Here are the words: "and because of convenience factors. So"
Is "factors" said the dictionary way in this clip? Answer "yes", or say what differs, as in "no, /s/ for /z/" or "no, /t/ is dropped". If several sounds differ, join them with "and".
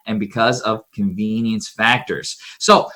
yes